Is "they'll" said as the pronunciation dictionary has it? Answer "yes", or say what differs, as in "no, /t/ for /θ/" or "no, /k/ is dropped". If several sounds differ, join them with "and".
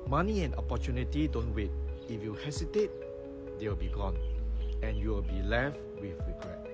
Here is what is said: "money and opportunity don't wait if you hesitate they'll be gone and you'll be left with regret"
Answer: no, /w/ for /l/